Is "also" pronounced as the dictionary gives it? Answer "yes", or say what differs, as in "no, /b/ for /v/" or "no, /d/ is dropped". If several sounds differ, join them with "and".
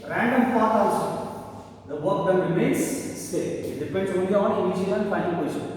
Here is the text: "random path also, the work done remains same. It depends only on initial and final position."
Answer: no, /l/ is dropped